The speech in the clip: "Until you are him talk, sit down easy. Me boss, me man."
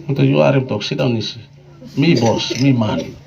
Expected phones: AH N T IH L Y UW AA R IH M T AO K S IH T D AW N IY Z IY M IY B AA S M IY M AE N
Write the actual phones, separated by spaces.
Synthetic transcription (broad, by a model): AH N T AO Y UW AA R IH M T AO K S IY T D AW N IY S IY M IY B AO S M IY M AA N